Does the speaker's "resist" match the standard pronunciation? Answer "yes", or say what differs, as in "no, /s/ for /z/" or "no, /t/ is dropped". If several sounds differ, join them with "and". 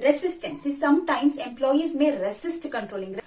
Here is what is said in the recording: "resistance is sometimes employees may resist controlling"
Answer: no, /s/ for /z/